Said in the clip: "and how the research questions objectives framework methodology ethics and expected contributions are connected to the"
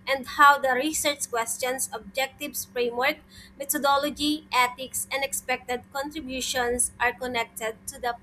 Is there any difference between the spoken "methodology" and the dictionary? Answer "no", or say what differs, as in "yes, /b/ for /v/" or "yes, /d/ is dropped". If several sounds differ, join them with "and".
yes, /t/ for /θ/